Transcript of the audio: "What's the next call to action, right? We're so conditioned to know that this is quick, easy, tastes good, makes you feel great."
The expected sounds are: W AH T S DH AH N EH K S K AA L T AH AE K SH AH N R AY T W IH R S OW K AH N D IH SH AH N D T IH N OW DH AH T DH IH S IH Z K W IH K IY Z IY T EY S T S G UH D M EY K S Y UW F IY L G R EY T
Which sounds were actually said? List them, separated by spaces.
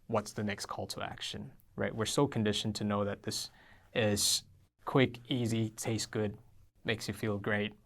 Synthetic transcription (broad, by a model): W AH T S DH AH N EH K S K AA L T AH AE K SH AH N R AY T W IH R S OW K N D IH SH N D T IH N OW DH AH T DH IH S IH Z K W IH K IY Z IY T EY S S G UH D M EY K S Y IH F IY L G R EY T